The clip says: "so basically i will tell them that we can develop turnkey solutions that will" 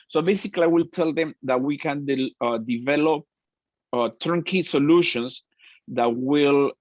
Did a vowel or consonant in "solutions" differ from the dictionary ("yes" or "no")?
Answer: yes